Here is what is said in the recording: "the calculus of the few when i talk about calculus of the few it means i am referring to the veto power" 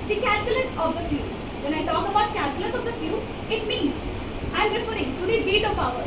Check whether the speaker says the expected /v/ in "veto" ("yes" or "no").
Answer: no